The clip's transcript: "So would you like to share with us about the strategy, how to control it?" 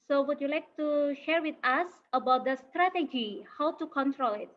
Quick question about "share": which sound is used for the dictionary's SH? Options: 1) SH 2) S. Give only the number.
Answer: 1